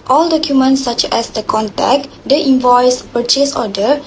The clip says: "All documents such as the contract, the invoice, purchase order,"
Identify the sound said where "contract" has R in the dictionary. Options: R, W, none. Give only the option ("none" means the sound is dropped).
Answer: none